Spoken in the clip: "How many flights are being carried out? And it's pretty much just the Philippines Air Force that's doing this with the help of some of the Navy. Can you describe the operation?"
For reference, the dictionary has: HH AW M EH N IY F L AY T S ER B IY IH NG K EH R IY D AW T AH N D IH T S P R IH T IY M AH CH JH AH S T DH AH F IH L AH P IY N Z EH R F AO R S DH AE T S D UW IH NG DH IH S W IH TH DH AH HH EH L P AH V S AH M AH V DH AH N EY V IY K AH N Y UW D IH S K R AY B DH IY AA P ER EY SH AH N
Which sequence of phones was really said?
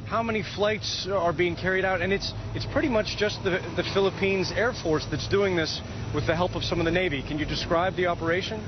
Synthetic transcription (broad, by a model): HH AW M EH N IY F L AY T S ER B IY IH NG K EH R IY D AW T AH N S IH T S P R IH T IY M AH CH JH AH S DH DH AH F IH L AH P IY N Z EH R F AO R S DH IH T S D UW IH NG DH IH S W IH DH AH HH EH L P AH V S AH M AH V DH AH N EY V IY K AH N Y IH D IH S K R AY B DH IY AA P ER EY SH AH N